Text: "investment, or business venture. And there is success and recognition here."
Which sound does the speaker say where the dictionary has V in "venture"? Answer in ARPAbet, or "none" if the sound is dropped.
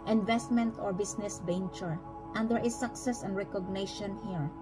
B